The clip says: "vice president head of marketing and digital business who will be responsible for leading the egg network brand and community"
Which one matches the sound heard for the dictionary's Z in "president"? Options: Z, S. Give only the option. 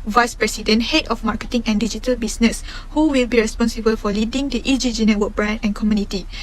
S